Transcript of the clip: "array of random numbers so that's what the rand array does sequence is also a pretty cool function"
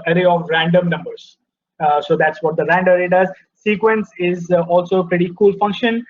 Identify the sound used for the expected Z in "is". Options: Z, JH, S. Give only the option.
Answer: Z